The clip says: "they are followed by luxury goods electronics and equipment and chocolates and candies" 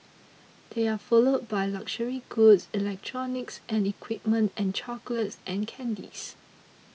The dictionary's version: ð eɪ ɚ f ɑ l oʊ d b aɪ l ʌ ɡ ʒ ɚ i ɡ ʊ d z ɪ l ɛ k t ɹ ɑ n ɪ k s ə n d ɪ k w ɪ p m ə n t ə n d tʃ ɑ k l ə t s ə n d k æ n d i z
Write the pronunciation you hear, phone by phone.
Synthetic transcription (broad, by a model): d eɪ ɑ f ɑ l oʊ d b aɪ l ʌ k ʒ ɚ i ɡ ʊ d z ɪ l ɛ k t ɹ ɑ n ɪ k s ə n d ɪ k w ɪ p m ə n t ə n tʃ ɑ k l ə t s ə n k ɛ n d i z